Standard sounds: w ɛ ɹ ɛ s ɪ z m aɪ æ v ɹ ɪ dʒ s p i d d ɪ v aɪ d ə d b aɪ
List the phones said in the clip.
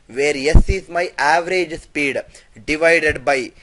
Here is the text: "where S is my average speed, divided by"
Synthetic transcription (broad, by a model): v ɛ ɹ ɛ s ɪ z m aɪ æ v ɹ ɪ dʒ s p i d d ɪ v aɪ d ə d b aɪ